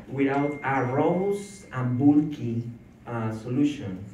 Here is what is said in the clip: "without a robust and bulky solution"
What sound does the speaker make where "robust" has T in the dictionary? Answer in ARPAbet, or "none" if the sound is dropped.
none